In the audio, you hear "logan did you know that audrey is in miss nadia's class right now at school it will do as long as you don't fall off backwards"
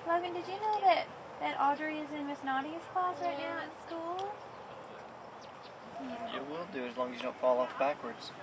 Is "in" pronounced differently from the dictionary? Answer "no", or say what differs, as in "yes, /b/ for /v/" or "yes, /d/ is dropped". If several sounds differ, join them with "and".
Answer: no